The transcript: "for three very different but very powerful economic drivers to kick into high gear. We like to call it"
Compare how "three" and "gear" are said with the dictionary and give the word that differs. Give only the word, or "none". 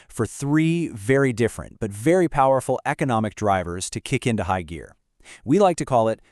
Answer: none